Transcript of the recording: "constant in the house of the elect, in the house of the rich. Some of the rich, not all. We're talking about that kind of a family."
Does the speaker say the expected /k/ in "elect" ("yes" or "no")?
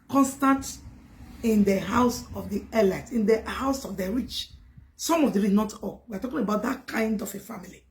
no